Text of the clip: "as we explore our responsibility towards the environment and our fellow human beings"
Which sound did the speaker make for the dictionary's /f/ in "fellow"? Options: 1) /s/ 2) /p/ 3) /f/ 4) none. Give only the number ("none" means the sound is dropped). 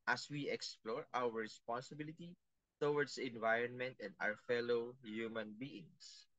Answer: 3